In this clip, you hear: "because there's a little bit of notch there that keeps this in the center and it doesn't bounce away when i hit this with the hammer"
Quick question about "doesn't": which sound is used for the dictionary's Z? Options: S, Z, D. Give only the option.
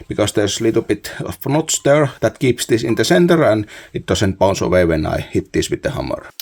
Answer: S